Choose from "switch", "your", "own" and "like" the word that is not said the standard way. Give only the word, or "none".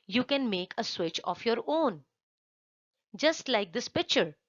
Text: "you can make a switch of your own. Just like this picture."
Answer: none